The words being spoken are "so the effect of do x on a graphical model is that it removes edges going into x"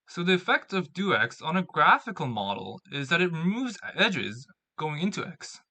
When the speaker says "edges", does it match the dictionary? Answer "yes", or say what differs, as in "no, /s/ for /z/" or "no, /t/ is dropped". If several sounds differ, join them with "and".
yes